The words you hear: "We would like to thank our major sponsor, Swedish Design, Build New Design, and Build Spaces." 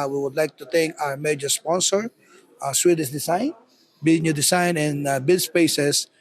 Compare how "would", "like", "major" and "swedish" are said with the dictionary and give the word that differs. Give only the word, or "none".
swedish